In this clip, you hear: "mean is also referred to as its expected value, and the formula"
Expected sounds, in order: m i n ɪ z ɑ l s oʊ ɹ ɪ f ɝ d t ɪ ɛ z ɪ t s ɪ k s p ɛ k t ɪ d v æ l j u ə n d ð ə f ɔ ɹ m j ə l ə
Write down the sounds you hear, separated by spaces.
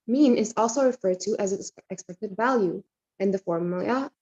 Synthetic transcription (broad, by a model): m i n ɪ z ɑ l s oʊ ɹ ɪ f ɝ d t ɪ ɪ z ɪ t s ɪ k s p ɛ k t ɪ d v æ l j u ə n ð ə f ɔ ɹ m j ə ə